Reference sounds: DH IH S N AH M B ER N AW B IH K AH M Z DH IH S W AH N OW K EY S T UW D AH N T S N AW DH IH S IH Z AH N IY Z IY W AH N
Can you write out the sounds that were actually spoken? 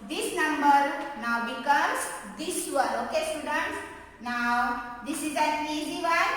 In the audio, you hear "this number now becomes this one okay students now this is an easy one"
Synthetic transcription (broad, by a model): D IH S N AH M B ER N AW B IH K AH M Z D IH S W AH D OW K EY S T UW D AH N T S N AW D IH S IH Z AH L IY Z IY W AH